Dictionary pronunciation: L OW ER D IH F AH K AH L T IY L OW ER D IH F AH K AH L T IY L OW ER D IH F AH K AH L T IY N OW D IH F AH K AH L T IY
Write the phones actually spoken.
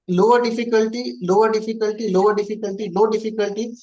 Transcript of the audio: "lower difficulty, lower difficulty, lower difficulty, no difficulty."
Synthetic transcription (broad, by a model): L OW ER D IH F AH K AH L T IY L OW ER D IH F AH K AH L T IY L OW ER D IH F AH K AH L T IY L OW D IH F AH K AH L T IY